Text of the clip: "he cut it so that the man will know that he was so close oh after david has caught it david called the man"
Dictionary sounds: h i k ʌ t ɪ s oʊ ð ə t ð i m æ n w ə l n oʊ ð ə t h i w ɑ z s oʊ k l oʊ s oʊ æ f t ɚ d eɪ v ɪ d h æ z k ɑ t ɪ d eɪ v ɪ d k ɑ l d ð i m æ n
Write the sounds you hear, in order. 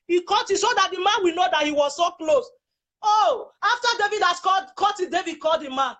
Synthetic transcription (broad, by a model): h i k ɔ t ɪ s oʊ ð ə t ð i m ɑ n w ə n oʊ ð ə t h i w ɑ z s oʊ k l oʊ s oʊ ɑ f t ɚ d eɪ v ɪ d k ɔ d k ɑ t ɪ d eɪ v ɪ d k ɑ l d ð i m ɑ n